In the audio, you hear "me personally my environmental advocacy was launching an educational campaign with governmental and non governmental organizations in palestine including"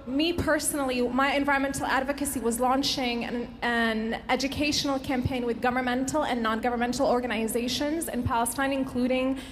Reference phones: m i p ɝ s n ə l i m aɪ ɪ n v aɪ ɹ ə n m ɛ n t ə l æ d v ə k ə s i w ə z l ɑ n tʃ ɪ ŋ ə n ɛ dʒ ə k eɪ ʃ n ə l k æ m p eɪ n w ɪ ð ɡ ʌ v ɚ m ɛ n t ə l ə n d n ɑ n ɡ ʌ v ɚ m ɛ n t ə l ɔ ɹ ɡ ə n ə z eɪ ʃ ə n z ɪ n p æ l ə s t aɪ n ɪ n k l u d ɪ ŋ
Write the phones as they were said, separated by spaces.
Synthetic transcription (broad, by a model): m i p ɝ s n l i m aɪ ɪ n v aɪ ɹ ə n m ɛ n t l æ d v ə k ə s i w ə z l ɑ n tʃ ɪ ŋ ə n ɛ dʒ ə k eɪ ʃ n l k æ m p eɪ n w ɪ ð ɡ ʌ v ɚ m ɛ n t l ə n n ɑ n ɡ ʌ v ɚ m ɛ n t l ɔ ɹ ɡ ə n ə z eɪ ʃ ə n z ɪ n p æ l ə s t aɪ n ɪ n k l u d ɪ ŋ